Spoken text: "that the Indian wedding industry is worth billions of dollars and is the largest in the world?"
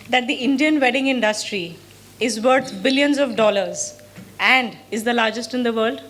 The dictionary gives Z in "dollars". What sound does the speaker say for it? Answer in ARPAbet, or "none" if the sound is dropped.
Z